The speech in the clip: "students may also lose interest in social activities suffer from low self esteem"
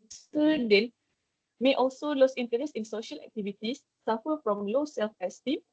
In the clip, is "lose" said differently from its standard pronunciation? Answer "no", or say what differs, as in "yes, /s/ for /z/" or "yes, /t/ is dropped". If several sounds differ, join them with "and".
yes, /s/ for /z/